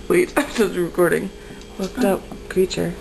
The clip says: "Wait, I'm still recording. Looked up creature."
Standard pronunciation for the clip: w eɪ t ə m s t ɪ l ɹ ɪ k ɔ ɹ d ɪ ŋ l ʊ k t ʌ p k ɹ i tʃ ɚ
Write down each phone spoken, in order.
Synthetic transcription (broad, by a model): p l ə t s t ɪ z ɹ ɪ k ɔ ɹ d ɪ ŋ w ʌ k t ʌ p k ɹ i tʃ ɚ